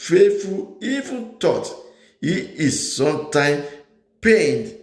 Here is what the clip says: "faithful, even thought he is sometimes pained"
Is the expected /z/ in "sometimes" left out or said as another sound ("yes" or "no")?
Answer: yes